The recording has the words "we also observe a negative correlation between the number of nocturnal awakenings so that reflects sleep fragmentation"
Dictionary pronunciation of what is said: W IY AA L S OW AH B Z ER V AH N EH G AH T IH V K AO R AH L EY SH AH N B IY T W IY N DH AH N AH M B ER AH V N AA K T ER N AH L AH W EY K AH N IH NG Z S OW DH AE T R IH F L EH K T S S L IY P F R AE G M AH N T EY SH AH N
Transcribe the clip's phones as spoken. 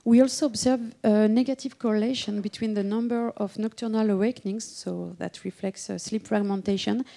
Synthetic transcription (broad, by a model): W IY AA L S OW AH B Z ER V AH N EH G AH T IH V K AO R AH L EY SH AH N B IY T W IY N DH AH N AH M B ER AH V N AA K T ER N AH L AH W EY K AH N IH NG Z S OW DH AE T R IH F L EH K T S S L IY P F R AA G M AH N T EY SH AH N